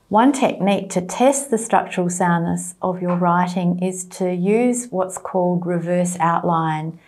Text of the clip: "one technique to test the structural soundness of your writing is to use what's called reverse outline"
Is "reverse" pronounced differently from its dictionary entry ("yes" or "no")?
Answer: no